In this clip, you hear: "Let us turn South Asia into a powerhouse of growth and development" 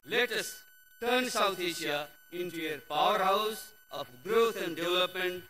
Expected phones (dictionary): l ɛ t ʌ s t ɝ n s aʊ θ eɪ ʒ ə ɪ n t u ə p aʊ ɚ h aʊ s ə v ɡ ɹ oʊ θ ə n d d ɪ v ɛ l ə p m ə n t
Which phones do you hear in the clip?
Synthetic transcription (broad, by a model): l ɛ t ʌ s t ɝ n s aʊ t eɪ ʃ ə ɪ n t u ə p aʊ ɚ h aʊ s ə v ɡ ɹ oʊ t ə n d d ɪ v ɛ l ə p m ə n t